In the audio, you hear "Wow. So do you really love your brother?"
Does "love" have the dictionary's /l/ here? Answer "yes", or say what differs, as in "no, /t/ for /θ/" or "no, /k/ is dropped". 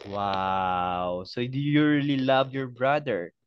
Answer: yes